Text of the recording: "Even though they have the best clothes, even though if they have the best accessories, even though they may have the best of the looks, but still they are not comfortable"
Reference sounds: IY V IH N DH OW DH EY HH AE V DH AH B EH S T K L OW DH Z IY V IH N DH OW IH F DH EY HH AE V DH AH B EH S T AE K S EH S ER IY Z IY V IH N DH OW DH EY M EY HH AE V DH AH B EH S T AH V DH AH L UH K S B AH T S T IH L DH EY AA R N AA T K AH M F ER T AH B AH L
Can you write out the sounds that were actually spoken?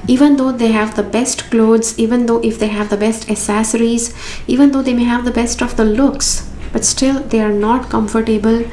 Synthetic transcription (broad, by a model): IY V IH N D OW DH EY HH AE V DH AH B EH S T K L OW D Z IY V IH N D OW IH F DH EY HH AE V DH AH B EH S T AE S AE S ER IY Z IY V IH N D OW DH EY M EY HH AE V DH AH B EH S T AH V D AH L UH K S B AH T S T IH L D EY AA R N AA T K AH M F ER T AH B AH L